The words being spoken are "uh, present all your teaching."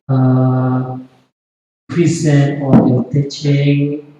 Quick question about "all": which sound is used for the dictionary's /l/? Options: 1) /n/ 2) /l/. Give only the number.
1